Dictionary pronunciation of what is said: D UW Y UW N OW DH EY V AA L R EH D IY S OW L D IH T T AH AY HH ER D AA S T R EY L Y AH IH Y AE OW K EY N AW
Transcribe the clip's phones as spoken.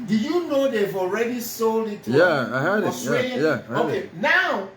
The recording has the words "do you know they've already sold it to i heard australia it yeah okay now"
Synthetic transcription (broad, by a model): D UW Y UW N OW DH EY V AA L R EH D IY S OW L IH T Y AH AY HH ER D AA T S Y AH IH Y AE OW K EY N AW